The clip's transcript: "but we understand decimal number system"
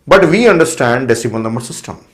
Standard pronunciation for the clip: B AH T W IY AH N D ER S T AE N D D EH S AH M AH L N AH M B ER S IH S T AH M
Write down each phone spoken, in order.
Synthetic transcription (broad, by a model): B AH T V IY AH N D ER S T AE N D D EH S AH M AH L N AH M ER S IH S T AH M